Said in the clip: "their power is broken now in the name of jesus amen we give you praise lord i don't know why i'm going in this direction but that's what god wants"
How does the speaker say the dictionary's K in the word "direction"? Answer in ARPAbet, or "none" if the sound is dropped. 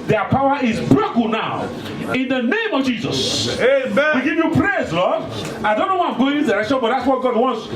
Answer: none